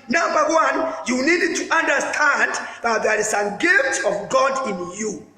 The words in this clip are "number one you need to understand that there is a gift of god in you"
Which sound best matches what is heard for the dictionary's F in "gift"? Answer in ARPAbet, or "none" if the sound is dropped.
F